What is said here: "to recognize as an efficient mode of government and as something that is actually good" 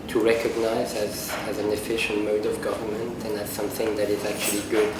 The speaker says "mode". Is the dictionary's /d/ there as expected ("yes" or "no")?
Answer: yes